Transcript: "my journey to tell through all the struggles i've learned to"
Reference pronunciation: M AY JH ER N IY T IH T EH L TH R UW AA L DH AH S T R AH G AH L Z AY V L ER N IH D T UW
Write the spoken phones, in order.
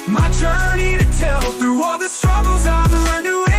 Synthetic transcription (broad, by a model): M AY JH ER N IY T IH T EH L TH R UW AA L DH AH S T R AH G L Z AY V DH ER IH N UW